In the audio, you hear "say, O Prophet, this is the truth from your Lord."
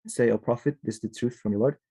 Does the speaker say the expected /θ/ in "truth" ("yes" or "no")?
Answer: yes